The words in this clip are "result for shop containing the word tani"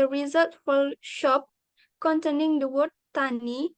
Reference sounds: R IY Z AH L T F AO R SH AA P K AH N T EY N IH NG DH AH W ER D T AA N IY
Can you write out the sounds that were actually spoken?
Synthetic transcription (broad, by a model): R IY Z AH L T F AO L SH AA P K AH N T EY N IH NG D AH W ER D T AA N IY